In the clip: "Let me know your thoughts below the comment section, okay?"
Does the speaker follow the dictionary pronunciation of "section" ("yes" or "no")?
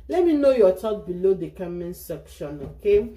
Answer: yes